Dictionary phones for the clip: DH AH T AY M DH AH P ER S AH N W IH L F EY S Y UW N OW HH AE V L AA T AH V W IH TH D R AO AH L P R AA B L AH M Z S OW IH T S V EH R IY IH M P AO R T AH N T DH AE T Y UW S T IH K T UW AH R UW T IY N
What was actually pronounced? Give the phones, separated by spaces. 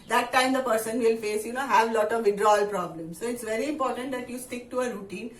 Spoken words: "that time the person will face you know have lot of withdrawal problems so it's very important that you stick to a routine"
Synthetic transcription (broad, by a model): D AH T AY M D AH P ER S AH N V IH L F EY S Y UW N OW HH AE V L AA T AH V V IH D R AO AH L P R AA B L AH M S OW IH T S V EH R IY IH M P AO R T AH N T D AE T Y UW S T IH K T UW AH R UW T IY N